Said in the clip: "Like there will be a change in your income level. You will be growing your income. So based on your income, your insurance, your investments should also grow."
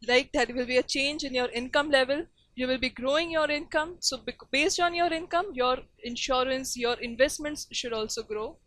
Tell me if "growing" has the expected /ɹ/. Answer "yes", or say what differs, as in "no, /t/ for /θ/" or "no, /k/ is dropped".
yes